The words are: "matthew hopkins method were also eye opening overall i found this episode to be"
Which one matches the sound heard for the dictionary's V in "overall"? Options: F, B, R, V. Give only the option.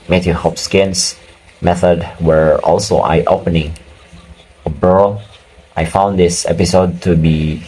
B